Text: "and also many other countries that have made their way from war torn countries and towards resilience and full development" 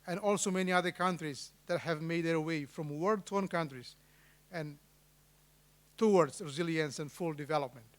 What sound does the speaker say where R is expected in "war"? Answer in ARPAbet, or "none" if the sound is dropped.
L